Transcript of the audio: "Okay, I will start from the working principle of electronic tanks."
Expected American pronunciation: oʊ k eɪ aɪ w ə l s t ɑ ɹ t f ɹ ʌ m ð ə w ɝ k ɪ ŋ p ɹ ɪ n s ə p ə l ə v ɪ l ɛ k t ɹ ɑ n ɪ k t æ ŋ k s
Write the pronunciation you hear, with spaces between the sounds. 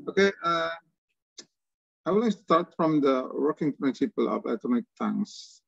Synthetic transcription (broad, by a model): oʊ k eɪ aɪ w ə l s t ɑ ɹ t f ɹ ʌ m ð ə w ɝ k ɪ ŋ p ɹ ɪ n s ə p ə l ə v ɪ ɪ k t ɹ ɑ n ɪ k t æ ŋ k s